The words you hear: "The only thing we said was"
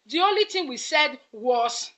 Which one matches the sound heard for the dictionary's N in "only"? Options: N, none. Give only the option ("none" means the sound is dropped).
N